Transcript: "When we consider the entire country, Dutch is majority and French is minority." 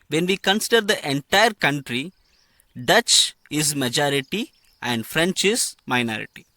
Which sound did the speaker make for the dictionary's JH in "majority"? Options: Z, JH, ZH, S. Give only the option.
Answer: JH